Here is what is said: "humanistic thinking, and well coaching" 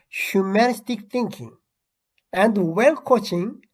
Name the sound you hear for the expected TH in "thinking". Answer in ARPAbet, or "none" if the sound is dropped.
T